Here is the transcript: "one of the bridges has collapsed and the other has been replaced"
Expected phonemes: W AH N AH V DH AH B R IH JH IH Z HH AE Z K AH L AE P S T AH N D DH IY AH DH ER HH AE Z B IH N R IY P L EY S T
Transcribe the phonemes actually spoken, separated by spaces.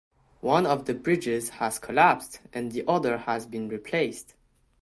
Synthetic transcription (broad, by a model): W AH N AH V DH AH B R IH JH IH Z HH AE Z K AH L AE P S T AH N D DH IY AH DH ER HH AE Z B IH N R IY P L EY S T